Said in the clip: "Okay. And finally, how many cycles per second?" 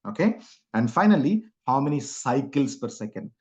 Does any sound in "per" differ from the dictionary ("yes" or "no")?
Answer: no